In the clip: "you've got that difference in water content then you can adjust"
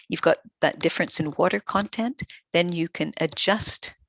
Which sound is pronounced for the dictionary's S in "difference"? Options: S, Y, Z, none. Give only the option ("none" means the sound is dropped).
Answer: S